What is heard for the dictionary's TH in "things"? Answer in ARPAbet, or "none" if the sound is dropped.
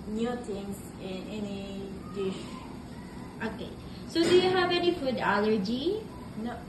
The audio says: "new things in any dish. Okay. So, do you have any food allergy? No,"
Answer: T